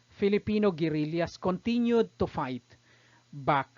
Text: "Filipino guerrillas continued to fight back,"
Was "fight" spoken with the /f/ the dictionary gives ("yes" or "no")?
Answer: yes